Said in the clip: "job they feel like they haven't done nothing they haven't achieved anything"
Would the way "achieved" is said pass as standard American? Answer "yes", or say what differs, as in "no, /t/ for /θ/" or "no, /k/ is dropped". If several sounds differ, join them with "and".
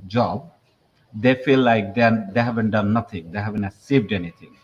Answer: no, /s/ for /tʃ/